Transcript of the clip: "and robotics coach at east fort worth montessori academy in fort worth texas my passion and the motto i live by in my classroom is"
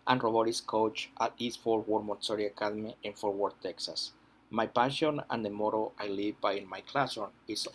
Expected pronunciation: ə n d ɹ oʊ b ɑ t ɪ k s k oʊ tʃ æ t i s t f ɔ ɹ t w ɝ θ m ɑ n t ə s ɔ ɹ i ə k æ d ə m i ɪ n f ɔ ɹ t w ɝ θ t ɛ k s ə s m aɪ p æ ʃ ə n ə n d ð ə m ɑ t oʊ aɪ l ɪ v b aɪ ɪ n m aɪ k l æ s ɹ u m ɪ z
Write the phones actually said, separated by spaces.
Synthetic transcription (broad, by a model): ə n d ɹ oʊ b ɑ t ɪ s k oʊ tʃ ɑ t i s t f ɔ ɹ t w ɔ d m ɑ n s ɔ ɹ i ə k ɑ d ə m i ɪ n f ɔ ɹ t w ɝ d t ɛ k s ə s m aɪ p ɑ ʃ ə n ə n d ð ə m ɑ t oʊ aɪ l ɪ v b aɪ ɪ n m aɪ k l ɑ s ɔ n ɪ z